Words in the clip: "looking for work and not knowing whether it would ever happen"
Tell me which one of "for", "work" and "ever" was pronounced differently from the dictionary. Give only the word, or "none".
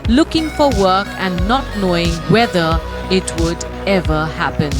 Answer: none